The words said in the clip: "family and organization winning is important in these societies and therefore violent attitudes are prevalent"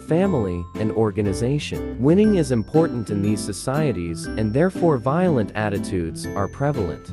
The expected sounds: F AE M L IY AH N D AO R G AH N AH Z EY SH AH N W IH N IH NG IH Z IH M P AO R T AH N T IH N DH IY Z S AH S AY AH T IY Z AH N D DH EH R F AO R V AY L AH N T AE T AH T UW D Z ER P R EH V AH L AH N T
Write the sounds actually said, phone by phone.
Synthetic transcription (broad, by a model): F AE M L IY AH N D AO R G AH N AH Z EY SH AH N W IH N IH NG IH Z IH M P AO R T N T IH N DH IY Z S AH S AY AH T IY Z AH N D DH EH R F AO R V AY L AH N T AE T AH T UW D Z ER P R EH V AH L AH N T